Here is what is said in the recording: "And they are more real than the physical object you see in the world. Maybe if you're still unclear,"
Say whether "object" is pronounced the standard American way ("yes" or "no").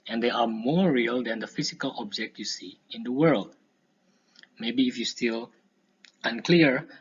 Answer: yes